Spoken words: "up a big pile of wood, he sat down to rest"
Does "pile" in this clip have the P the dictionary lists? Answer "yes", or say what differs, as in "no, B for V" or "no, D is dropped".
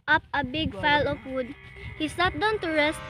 no, F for P